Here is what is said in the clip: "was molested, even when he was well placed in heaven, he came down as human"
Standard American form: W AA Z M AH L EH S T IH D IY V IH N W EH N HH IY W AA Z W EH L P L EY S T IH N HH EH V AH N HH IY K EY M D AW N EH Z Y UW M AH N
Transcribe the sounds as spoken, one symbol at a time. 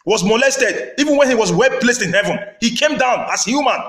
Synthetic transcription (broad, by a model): W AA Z M AH L EH S T IH D IY V IH N W EH N HH IY W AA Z W EH L P L EY S T IH N HH EH V AH N HH IY K EY M D AW N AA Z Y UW M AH N